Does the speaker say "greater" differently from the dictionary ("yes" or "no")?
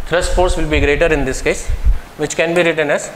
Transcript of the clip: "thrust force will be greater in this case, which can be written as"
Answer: no